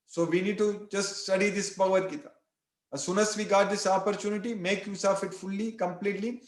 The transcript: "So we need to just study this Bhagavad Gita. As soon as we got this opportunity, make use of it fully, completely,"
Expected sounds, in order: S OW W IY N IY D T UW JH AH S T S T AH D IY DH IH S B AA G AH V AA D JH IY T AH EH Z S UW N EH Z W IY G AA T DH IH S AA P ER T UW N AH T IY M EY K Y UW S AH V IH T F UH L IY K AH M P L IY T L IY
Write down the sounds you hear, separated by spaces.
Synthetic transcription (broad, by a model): S OW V IY N IY D T UW JH AH S T S T AH D IY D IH S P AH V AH D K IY T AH S UW N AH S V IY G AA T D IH S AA P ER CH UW N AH T IY M EY K Y UW S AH F IH T F UH L IY K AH M P L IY T L IY